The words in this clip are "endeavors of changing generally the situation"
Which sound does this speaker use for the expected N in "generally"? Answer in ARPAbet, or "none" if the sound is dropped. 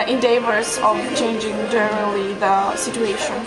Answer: none